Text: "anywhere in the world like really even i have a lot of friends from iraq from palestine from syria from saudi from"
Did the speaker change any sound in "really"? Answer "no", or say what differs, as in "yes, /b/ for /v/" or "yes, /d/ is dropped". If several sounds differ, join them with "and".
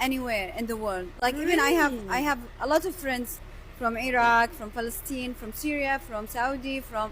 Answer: yes, /n/ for /l/